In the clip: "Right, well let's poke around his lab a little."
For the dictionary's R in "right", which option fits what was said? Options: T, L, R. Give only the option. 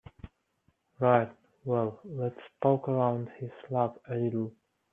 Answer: R